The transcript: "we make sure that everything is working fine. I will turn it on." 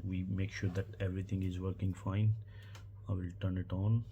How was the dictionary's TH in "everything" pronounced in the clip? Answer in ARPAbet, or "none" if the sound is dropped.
T